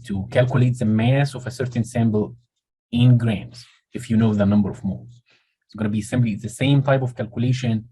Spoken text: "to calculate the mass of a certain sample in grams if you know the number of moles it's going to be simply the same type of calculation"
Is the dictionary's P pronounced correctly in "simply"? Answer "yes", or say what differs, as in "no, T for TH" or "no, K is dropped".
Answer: no, B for P